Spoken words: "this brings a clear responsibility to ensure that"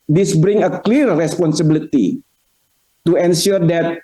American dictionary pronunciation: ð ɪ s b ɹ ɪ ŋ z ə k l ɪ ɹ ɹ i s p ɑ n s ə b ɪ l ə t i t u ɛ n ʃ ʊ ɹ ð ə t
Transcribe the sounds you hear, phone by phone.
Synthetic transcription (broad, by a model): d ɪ s b ɹ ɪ ŋ ə k l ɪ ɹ ɹ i s p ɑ n s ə b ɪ l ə t i t u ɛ n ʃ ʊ ɹ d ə t